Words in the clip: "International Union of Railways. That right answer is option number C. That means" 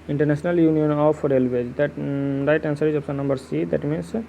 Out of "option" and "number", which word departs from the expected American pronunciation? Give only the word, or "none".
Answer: option